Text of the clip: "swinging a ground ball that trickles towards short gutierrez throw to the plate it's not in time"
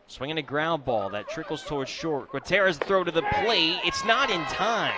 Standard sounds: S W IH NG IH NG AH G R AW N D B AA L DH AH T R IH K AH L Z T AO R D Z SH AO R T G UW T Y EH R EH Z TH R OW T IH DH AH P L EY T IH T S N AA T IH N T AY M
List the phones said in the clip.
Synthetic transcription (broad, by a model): S W IH NG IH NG AH G R AW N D B AA L DH AH T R IH K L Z T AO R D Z SH AO R T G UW T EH R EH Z TH R OW T IH DH AH P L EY IH T S N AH T IH N T AY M